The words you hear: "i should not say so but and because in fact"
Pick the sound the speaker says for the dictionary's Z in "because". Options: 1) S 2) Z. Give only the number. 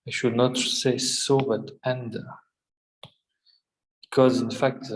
2